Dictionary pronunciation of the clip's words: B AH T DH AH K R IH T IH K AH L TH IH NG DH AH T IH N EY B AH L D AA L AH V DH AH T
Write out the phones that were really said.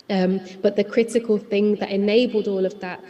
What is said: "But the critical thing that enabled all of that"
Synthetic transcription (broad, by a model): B AH T DH AH K R IH T IH K AH L TH IH NG DH AH T IH N EY B AH L D AA L AH V DH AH T